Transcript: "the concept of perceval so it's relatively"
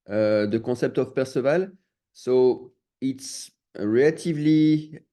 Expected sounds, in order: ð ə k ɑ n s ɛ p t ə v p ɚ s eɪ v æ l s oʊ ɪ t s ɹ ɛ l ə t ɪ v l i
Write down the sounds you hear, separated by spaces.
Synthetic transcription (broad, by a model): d ə k ɑ s ɛ p t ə f p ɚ s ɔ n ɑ l s oʊ ɪ t s ɹ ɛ l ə t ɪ v l i